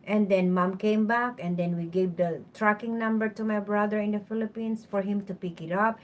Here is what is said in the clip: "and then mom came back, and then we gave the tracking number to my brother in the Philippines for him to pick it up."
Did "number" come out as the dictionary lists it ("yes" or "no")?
yes